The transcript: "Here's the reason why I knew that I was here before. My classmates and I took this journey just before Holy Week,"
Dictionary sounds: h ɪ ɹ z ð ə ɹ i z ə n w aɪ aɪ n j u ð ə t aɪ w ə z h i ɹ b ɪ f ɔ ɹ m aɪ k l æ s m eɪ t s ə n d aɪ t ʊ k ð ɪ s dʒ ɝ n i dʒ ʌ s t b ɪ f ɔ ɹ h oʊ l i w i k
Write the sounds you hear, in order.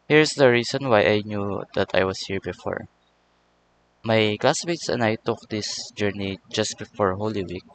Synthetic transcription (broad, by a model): h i ɹ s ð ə ɹ i s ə n w aɪ aɪ n j u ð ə t aɪ w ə s h i ɹ b ɪ f ɔ ɹ m aɪ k l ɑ s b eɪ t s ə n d aɪ t ʊ k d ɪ s dʒ ɝ n i dʒ ʌ s t b ɪ f ɔ ɹ h oʊ l i w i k